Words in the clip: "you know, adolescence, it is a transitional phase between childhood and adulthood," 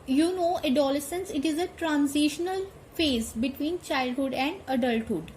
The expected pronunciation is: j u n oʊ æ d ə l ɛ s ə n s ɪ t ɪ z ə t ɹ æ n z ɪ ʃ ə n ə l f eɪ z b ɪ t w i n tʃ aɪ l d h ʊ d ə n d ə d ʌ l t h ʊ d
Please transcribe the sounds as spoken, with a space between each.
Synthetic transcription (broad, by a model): j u n oʊ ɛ d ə l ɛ s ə n s ɪ t ɪ z ə t ɹ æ n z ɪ ʃ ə n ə l f eɪ z b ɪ t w i n tʃ aɪ l d h ʊ d ə n d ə d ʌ l t h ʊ d